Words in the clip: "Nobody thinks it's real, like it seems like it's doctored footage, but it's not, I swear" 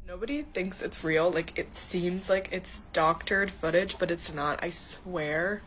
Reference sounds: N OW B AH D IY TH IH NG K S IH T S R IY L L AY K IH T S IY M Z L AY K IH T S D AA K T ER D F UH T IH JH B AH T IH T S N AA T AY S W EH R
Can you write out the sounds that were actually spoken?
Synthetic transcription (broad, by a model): N OW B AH D IY TH IH NG K S IH T S R IY L L AY K IH T S IY M Z L AY K IH T S D AA K T ER D F UH T IH JH B AH T IH T S N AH T AY S W EH R